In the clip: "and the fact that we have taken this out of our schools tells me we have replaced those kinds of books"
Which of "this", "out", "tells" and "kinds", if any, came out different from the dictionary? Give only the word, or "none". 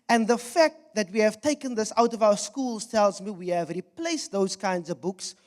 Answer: none